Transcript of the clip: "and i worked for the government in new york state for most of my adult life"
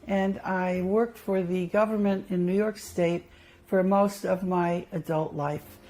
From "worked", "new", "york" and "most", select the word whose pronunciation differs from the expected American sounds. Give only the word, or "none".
none